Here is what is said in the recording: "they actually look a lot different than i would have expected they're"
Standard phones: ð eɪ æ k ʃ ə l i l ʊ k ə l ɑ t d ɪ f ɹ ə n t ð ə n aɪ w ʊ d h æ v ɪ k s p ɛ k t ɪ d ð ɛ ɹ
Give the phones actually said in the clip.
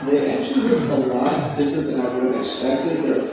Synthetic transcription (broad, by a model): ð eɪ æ k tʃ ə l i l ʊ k ə l ɑ t d ɪ f ɹ ə n t ð ə n aɪ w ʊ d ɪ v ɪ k s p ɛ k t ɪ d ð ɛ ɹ